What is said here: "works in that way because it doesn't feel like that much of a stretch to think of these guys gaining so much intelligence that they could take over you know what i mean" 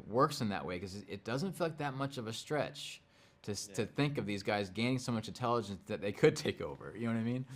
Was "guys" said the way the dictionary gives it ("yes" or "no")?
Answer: yes